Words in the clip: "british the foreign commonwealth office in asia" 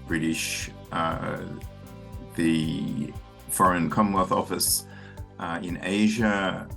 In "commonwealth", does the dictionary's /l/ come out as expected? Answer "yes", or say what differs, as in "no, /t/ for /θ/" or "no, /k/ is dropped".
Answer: no, /l/ is dropped